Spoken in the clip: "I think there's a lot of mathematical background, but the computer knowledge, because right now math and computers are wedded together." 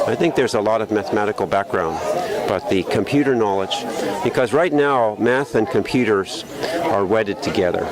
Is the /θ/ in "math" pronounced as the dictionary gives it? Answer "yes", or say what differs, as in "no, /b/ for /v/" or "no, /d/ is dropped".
yes